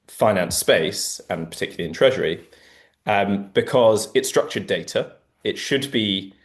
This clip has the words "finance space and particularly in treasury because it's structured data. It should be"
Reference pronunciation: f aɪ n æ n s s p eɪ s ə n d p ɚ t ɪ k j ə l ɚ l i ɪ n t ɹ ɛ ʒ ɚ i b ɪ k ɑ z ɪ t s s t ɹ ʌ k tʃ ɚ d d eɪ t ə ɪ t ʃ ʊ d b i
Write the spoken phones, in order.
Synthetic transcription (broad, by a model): f aɪ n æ n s s p eɪ s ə n p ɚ t ɪ k j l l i ɪ n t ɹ ɛ ʒ ɚ i b ɪ k ɑ z ɪ t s s t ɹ ʌ k tʃ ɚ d d eɪ t ə ɪ t ʃ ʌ d b i